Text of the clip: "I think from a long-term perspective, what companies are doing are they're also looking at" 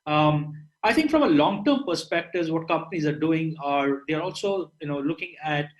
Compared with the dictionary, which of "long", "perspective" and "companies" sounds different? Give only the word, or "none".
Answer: none